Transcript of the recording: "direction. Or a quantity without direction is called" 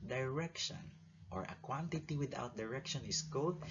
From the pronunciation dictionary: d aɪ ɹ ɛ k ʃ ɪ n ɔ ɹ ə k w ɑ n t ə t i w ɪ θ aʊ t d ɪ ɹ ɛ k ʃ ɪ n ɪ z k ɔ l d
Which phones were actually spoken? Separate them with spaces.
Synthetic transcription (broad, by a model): d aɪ ɹ ɛ k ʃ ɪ n ɔ ɹ ə k w ɑ n t ə t i w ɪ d aʊ t d ɪ ɹ ɛ k ʃ ɪ n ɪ s k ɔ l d